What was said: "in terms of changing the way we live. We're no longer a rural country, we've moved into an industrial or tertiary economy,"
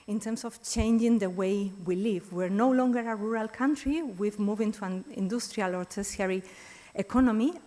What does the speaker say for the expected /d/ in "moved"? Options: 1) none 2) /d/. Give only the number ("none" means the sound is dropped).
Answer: 1